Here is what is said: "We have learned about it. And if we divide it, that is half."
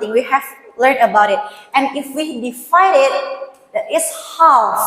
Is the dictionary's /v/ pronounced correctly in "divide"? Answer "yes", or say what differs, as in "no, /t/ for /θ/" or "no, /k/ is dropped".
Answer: no, /f/ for /v/